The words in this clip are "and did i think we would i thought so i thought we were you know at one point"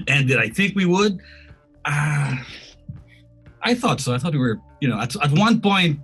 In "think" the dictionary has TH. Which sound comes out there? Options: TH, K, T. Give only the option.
TH